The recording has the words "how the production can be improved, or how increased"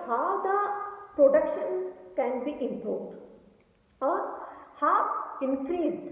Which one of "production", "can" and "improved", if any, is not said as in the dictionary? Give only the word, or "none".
improved